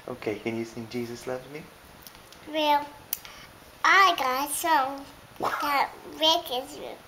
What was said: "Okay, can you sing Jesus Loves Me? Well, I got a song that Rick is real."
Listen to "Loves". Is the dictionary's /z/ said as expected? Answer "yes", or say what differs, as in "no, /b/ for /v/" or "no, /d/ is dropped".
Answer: no, /z/ is dropped